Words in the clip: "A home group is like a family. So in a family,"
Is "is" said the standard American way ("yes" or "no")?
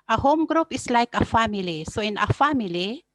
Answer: no